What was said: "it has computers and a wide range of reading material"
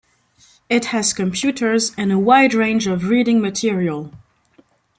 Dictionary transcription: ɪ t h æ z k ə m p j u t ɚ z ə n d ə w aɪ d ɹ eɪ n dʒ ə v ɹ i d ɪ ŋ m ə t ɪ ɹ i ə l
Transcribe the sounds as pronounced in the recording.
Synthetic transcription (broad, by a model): ɪ t h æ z k ə m p j u t ɚ z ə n ə w aɪ d ɹ eɪ n dʒ ə v ɹ i d ɪ ŋ m ə t ɪ ɹ i ə l